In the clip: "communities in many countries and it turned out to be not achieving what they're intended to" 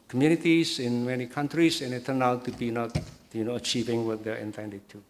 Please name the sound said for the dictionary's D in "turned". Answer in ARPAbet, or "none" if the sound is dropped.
none